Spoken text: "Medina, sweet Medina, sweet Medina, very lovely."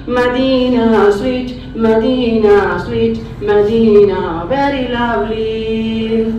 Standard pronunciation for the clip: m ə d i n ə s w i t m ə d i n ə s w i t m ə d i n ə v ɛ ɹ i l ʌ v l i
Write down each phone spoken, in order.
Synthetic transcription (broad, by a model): m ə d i n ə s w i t m ə d i n ə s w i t m ə d i n ə b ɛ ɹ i l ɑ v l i